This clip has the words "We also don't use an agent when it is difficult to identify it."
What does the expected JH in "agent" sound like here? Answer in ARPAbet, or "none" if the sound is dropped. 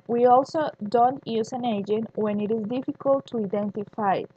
JH